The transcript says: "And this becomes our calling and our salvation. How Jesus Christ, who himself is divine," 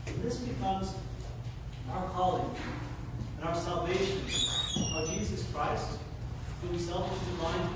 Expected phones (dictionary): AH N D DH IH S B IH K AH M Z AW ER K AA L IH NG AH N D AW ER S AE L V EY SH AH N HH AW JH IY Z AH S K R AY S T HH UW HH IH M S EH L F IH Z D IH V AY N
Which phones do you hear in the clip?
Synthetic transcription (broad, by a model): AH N DH IH S B IH K AH M Z AW ER K AA L IH NG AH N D AW ER S AE L V EY SH AH N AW JH IY Z AH S K R AY S T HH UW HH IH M S EH L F IH Z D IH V AY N